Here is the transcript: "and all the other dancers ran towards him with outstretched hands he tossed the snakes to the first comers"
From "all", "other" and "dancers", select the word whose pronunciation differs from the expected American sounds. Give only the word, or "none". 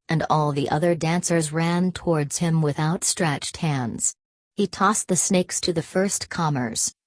none